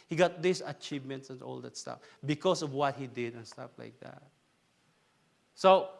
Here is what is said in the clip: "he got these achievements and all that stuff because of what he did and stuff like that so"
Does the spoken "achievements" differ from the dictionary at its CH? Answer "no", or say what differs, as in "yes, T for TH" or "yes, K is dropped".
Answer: no